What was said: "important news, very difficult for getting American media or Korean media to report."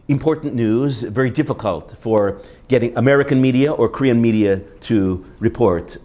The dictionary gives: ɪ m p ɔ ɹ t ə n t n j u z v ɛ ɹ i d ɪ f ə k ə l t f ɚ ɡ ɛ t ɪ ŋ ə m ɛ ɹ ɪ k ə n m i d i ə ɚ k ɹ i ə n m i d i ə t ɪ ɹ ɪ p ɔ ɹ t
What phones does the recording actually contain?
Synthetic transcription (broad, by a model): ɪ m p ɔ ɹ t n n j u z v ɛ ɹ i d ɪ f ə k ə l t f ɚ ɡ ɛ t ɪ ŋ ə m ɛ ɹ ɪ k ə n m i d i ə ɚ k ɹ i ə n m i d i ə t ɪ ɹ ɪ p ɔ ɹ t